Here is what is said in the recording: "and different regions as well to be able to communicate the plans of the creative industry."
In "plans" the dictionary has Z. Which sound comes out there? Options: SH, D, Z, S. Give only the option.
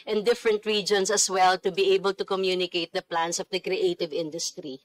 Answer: S